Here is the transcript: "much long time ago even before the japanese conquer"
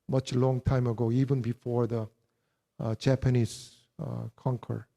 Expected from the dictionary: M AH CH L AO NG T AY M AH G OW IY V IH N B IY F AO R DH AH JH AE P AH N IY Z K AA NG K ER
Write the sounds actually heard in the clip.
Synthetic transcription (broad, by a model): M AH CH L AO NG T AY M AH G OW IY V IH N B IY F AO R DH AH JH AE P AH N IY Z K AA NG K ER